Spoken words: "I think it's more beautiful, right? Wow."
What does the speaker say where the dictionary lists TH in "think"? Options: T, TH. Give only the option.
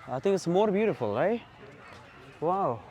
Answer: TH